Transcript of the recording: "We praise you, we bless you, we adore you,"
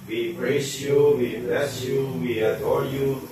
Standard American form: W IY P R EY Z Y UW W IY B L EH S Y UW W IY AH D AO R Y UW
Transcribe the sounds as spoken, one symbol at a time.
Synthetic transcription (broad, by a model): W IY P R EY S Y UW W IY B L EH S Y UW W IY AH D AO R Y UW